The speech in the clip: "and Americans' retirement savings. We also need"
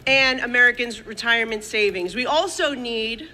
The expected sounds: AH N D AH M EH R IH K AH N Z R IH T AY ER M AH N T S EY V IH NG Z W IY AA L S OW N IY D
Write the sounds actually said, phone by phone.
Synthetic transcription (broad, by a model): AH N AH M EH R IH K AH N Z R IH T AY ER M AH N T S EY V IH NG Z W IY AA L S OW N IY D